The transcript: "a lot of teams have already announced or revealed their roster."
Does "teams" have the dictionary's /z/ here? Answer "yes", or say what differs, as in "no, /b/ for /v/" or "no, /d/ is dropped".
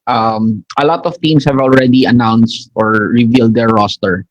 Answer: no, /s/ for /z/